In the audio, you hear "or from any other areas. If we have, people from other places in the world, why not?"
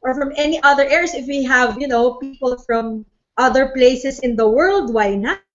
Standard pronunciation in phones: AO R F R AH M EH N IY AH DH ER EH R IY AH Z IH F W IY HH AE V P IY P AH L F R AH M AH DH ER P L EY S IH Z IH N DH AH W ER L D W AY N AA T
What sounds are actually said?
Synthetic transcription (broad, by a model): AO R F R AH M EH N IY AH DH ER EH R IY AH S IH F W IY HH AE V P IY P AH L F R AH M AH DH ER P L EY S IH S IH N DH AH W ER L D W AY N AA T